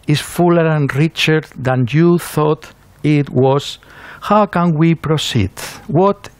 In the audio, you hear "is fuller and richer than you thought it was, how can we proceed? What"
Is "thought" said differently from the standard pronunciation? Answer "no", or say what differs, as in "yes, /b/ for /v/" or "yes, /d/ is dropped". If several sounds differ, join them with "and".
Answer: no